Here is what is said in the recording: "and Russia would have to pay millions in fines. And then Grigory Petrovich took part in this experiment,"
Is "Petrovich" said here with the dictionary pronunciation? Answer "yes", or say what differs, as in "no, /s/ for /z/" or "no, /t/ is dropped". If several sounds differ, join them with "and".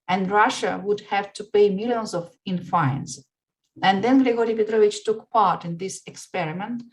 yes